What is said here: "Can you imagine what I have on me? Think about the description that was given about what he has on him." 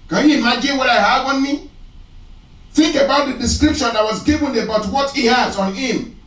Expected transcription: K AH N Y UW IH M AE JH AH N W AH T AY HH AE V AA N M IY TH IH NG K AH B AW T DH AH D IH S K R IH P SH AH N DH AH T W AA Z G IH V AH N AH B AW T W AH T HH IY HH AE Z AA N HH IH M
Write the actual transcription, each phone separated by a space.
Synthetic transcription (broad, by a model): K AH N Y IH M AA JH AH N W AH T AY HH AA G AA N M IY TH IH NG K AH B AW T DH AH D IH S K R IH P SH AH N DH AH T W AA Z G IH V AH N AH B AW T W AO T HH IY HH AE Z AA N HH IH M